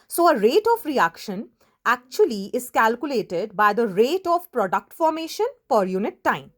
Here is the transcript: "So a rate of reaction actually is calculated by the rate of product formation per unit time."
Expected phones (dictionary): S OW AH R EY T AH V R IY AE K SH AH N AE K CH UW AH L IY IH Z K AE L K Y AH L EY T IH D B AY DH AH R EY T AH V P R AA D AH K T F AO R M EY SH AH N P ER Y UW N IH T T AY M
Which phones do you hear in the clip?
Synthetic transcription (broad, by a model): S OW AH R EY T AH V R IY AE K SH AH N AE K CH UW AH L IY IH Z K AE L K Y AH L EY T IH D B AY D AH R EY T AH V P R AA D AH K T F AO R M EY SH AH N F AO Y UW N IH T T AY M